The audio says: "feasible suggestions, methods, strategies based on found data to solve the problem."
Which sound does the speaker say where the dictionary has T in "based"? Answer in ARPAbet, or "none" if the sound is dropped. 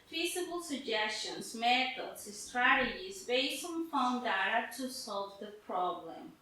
none